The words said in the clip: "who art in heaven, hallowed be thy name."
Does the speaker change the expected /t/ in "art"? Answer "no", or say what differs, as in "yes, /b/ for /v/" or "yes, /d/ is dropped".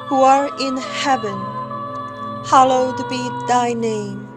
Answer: yes, /t/ is dropped